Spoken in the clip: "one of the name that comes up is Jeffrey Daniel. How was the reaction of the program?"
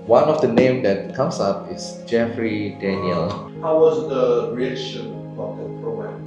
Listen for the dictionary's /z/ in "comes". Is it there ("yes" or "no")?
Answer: no